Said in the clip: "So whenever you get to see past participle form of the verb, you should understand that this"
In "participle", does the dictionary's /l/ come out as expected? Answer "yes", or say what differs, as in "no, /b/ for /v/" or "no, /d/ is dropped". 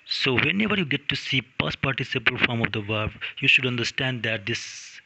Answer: yes